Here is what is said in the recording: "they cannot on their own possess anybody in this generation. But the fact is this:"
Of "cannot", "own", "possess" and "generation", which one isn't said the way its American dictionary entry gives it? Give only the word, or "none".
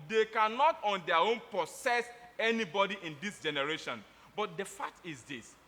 possess